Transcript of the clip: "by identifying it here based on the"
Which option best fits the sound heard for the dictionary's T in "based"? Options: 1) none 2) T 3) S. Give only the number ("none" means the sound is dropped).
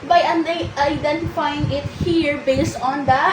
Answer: 2